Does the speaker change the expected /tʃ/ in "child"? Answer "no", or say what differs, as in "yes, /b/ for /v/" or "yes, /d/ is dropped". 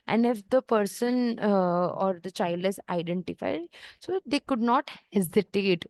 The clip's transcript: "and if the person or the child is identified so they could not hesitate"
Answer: no